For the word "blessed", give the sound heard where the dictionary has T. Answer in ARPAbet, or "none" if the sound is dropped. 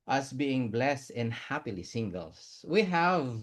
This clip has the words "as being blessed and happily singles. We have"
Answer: T